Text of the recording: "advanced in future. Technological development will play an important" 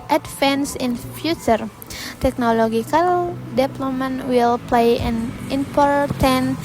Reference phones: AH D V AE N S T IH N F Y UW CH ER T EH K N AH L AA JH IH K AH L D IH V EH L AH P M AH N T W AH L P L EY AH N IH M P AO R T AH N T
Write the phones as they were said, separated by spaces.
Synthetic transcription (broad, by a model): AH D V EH N S IH N F Y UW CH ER T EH K N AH L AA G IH K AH L D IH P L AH M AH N W AH L P L EY AH N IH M P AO R T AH N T